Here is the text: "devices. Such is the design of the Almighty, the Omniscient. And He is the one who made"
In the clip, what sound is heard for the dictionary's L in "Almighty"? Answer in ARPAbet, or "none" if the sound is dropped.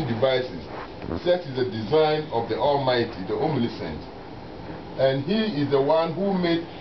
L